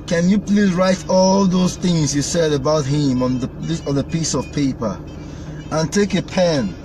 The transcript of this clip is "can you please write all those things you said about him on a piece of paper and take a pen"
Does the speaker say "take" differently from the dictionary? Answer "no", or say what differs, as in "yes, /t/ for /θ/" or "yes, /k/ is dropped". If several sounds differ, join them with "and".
no